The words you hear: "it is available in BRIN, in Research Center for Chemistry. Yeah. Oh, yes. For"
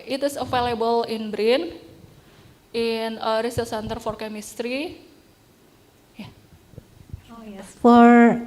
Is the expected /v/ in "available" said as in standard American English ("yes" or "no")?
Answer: no